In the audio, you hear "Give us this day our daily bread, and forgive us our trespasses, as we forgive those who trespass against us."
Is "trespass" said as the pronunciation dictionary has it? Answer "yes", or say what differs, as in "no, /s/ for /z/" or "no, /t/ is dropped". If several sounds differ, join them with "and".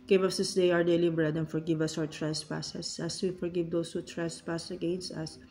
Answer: yes